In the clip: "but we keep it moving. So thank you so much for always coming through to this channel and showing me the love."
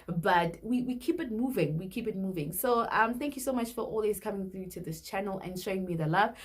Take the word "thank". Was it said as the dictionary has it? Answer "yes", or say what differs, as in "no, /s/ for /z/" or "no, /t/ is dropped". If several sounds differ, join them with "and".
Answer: yes